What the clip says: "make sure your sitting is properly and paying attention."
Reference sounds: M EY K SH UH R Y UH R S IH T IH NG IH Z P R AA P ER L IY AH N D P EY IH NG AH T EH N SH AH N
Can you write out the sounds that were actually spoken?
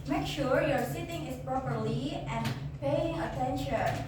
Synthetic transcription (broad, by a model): M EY K SH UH R Y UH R S IH T IH NG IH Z P R AA P ER L IY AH N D P EY IH NG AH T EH N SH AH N